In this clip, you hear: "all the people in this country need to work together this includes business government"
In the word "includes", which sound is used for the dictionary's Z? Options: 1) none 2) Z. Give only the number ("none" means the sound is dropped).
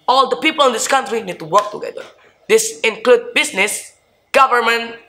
1